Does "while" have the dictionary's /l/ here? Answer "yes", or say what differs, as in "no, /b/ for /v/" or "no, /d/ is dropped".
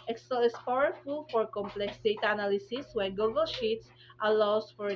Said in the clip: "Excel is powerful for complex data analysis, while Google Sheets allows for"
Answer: no, /n/ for /l/